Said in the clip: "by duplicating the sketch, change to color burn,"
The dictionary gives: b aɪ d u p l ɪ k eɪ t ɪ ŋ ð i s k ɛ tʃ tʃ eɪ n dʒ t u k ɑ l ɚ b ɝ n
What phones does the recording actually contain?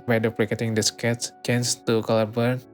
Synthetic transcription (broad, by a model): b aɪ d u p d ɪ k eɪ t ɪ ŋ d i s k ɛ s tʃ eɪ n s t u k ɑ l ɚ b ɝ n